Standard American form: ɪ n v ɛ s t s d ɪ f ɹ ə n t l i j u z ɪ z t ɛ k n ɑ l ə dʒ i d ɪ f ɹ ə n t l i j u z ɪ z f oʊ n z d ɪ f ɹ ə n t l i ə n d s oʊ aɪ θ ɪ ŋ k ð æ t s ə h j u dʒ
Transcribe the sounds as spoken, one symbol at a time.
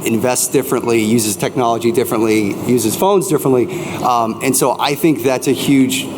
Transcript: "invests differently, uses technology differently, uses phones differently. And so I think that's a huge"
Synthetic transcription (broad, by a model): ɪ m v ɛ s t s d ɪ f ɹ ə n t l i j u z ɪ z t ɛ k n ɑ l ə dʒ i d ɪ f ɹ ə n t l i j u z ɪ z f oʊ n z d ɪ f ɹ ə n t l i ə n s oʊ aɪ θ ɪ ŋ k ð æ t s ə h j u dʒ